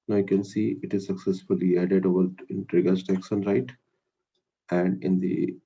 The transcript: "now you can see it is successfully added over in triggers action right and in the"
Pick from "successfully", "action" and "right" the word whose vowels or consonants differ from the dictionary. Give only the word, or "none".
action